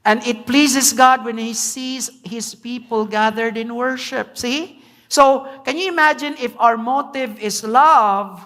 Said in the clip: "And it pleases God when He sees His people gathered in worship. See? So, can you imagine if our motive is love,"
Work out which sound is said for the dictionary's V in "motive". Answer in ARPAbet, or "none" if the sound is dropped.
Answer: V